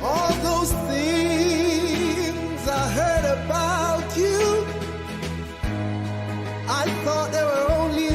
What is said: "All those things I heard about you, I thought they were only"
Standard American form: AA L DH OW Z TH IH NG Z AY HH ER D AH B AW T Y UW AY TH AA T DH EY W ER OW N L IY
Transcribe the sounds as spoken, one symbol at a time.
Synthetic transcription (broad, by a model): AA L DH OW Z TH IH NG Z AY HH ER D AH B AW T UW AY TH AA T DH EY W ER OW N L IY